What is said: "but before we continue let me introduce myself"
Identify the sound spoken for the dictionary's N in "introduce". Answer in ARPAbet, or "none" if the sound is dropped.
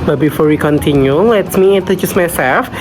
none